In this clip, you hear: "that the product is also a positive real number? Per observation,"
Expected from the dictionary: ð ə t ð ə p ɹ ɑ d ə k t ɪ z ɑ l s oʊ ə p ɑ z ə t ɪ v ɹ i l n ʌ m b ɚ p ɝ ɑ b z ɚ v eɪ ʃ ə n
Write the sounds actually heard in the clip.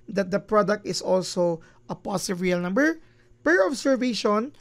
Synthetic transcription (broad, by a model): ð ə t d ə p ɹ ɑ d ə k t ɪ s ɑ l s oʊ ə p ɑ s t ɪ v ɹ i l n ʌ m b ɚ p ɝ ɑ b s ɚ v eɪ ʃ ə n